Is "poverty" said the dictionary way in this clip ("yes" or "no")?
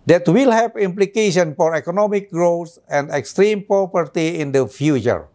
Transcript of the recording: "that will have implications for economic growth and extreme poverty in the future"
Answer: no